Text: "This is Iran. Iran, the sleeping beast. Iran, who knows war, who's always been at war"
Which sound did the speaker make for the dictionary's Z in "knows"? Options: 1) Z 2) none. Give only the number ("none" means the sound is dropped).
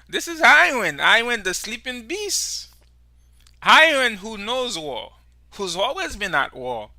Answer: 1